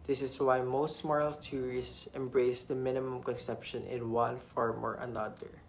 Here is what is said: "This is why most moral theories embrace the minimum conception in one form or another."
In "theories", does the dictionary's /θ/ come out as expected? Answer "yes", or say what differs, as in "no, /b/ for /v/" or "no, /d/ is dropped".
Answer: no, /s/ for /θ/